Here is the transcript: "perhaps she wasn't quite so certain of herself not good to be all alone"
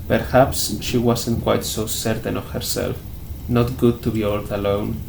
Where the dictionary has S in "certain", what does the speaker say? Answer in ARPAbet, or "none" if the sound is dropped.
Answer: S